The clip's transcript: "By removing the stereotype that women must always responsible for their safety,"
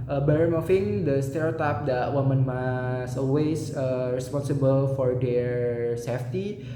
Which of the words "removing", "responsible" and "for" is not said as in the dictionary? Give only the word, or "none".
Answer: removing